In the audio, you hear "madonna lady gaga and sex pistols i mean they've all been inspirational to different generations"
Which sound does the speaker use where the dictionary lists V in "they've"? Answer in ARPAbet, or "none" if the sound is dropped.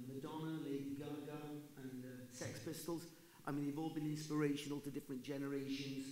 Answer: V